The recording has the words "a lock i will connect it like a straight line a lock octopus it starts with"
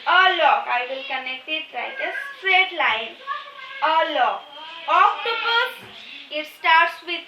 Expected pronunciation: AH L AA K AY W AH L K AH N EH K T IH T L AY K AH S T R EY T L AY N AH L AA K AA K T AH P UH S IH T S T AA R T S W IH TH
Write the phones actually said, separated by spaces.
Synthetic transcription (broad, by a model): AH L AA K AY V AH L K AH N EH K T IH T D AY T AH S T R EY T L AY N AH L AA K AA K T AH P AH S IH T S T AA R T S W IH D